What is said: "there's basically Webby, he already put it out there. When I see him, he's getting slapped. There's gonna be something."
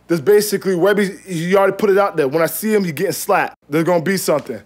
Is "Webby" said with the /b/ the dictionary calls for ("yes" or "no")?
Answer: yes